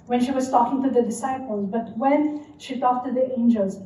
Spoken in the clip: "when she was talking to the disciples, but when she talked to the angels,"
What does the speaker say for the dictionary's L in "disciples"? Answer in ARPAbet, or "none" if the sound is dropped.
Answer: L